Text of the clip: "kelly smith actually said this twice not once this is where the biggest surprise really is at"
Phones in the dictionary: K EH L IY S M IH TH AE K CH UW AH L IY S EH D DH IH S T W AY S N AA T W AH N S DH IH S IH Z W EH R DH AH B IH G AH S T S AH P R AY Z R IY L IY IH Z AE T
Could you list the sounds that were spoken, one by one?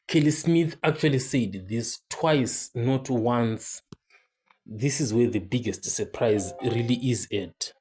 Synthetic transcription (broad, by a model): K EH L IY S M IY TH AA K CH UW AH L IY S EH D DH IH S T W AY S N AA T W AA N S DH IH S IH Z W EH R DH AH B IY G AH S T S AH P R AY Z R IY L IY IH Z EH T